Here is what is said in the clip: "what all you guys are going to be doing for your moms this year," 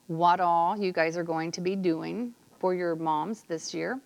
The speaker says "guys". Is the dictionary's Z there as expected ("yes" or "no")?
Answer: yes